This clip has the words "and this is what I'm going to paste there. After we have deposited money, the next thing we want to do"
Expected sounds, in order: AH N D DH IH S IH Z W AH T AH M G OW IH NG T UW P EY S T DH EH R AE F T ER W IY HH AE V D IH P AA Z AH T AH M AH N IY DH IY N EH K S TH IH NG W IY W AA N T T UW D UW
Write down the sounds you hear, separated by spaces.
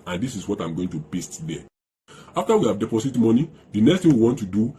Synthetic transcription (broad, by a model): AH N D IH S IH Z W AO T AH M G OW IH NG T UW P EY S T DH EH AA F T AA W IY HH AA V D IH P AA S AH T M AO N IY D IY N EH K S T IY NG W IY W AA N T T UW D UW